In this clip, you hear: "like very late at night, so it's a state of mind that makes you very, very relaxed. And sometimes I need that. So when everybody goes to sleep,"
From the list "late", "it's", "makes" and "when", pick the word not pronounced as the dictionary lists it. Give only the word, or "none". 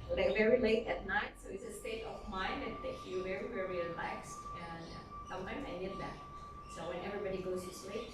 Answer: makes